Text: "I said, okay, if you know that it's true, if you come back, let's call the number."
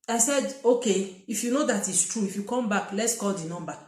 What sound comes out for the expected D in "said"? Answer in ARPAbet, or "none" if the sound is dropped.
D